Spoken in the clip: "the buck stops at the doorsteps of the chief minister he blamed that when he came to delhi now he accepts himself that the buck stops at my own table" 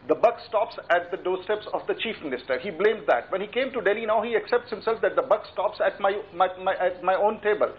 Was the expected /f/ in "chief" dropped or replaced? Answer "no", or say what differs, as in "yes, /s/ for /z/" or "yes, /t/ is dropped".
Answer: no